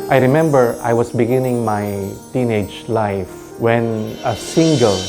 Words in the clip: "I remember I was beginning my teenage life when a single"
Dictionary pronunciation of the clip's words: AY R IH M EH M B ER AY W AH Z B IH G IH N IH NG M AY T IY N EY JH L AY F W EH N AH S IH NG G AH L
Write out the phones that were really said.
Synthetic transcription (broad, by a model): AY R IH M EH M B ER AY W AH S B IH G IH N IH NG M AY T IY N EY JH L AY F W EH N AH S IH NG G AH L